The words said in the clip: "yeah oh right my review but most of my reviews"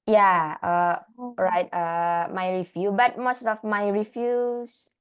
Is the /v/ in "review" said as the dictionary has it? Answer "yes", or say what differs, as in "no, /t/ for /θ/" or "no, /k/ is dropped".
no, /f/ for /v/